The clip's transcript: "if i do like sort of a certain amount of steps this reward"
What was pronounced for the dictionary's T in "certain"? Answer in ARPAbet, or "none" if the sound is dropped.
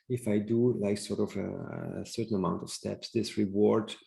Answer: T